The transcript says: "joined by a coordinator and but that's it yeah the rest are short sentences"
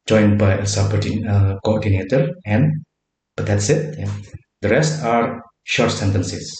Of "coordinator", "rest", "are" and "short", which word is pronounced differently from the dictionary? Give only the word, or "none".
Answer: none